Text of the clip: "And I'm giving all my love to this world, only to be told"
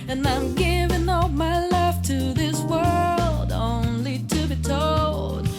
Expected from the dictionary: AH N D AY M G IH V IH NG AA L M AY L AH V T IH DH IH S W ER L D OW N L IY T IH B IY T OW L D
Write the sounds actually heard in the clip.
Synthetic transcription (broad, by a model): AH N AY M G IH V IH NG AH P M AY L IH F T IH DH IH S W ER L D OW N L IY T IH B IY T OW L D